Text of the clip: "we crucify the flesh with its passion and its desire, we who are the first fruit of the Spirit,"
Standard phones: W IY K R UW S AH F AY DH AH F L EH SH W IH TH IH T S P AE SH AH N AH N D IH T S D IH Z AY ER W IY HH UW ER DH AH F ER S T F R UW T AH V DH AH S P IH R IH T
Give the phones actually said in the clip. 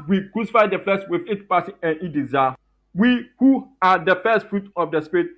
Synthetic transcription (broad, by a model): W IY K R UW S AH F AY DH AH F L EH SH W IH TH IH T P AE S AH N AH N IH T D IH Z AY W IY HH UW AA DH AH F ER S T F R UW T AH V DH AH S P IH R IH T